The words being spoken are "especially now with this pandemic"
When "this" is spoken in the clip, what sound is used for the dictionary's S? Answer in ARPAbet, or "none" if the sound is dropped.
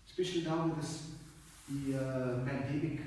none